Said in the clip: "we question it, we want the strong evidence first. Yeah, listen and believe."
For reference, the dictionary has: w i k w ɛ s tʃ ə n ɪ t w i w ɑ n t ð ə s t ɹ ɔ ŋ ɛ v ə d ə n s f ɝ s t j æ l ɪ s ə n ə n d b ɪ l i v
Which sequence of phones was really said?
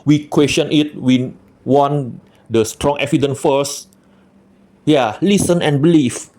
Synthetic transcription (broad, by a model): w i k w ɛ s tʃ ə n ɪ t w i w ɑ n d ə s t ɹ ɔ ŋ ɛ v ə d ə n f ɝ s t j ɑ l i s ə n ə n b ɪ l i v